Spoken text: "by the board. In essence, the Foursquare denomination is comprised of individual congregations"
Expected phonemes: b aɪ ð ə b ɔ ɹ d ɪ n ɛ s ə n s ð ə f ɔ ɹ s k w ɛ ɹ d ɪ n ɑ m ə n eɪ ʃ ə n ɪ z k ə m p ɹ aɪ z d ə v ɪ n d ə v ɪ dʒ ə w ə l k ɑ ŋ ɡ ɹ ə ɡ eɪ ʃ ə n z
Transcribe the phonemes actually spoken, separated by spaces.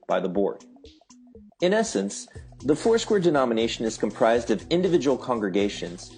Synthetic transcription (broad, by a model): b aɪ ð ə b ɔ ɹ d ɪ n ɛ s ə n s ð ə f ɔ ɹ s k w ɛ ɹ d ɪ n ɑ m ə n eɪ ʃ ə n ɪ z k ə m p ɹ aɪ z d ə v ɪ n d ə v ɪ dʒ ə w l k ɑ ŋ ɡ ɹ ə ɡ eɪ ʃ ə n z